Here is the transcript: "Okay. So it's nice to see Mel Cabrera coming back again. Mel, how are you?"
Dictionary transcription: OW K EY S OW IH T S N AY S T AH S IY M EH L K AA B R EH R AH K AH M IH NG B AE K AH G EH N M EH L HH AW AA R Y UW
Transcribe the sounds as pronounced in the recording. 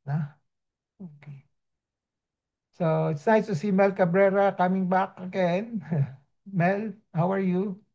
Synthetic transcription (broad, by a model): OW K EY S OW IH T S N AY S T AH S IY M EH L K AA B R EH R AH K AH M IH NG B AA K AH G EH N M EH L HH AW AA R Y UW